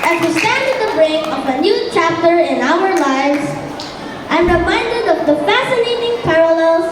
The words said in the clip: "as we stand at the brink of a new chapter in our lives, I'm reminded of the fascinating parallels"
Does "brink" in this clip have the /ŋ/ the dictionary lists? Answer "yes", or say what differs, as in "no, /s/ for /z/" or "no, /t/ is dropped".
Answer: no, /ŋ/ is dropped